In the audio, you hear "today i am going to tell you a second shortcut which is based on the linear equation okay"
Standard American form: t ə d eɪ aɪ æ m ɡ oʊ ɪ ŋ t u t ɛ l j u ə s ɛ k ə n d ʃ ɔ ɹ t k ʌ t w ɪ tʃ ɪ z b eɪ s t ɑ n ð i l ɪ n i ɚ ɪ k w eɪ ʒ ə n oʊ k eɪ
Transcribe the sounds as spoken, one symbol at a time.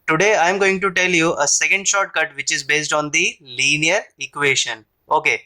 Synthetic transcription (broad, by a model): t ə d eɪ aɪ m ɡ oʊ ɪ ŋ t u t ɛ l j u ə s ɛ k ə n d ʃ ɔ ɹ t k ʌ t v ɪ tʃ ɪ z b eɪ s t ɑ n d i l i n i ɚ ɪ k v eɪ ʃ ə n oʊ k eɪ